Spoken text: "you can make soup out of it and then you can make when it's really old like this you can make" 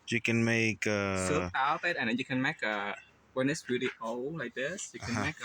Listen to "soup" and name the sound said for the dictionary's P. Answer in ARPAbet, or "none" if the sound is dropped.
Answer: none